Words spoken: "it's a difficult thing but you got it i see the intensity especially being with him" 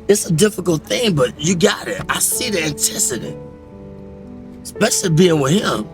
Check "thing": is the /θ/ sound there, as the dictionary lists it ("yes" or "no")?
yes